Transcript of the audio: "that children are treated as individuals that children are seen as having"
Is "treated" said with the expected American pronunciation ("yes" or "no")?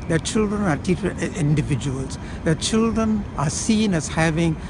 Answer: no